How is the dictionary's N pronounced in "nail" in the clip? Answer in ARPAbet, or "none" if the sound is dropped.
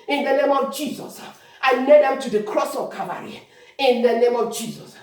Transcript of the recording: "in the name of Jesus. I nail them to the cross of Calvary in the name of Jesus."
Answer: L